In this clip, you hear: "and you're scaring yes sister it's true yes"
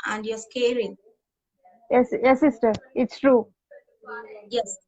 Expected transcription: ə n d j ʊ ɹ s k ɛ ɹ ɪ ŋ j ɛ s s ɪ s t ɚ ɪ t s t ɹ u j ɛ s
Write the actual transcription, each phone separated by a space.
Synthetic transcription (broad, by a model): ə n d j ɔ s k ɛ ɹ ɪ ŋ j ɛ s s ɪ s t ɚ ɪ t s t ɹ u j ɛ s